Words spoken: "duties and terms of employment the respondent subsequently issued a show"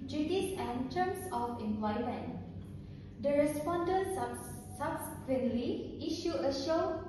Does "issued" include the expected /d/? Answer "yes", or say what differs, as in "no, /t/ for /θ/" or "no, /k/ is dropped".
no, /d/ is dropped